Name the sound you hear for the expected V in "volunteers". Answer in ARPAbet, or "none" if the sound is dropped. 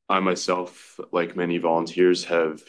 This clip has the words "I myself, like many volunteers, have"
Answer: V